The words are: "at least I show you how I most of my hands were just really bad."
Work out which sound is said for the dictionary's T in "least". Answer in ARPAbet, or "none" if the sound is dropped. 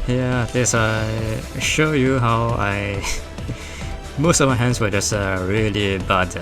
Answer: none